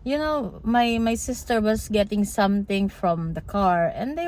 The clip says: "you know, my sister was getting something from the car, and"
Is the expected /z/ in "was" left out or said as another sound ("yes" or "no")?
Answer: yes